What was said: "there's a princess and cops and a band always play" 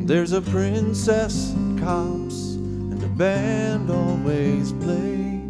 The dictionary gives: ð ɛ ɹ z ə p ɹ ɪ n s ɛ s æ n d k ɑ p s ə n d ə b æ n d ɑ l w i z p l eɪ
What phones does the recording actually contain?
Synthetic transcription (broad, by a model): ð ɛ ɹ z ə p ɹ ɪ n s ɛ s k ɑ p s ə n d ə b æ n d ɑ l w i z p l eɪ